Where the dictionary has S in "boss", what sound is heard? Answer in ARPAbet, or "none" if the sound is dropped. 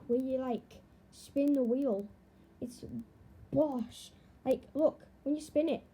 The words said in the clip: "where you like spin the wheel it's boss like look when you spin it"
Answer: SH